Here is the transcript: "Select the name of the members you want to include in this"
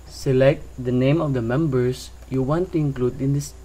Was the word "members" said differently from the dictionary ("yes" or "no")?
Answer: yes